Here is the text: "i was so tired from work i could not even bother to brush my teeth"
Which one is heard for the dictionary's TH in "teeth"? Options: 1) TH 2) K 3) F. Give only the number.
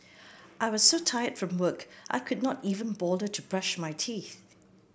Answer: 1